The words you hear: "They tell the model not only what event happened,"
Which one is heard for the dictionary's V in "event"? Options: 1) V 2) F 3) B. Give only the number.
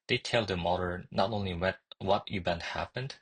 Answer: 3